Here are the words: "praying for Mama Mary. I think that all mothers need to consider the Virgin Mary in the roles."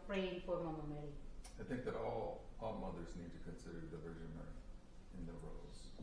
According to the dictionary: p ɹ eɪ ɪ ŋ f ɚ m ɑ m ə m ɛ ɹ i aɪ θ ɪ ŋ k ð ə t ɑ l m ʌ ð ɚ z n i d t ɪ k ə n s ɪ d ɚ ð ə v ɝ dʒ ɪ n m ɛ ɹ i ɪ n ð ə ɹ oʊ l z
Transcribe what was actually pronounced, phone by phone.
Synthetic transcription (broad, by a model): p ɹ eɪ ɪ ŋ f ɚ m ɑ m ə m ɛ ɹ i aɪ θ ɪ ŋ k ð ə t ɑ l m ʌ ð ɚ z n i d t ɪ k ə n s ɪ d ɚ ð ə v ɝ ʒ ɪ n m ɛ ɹ i ɪ n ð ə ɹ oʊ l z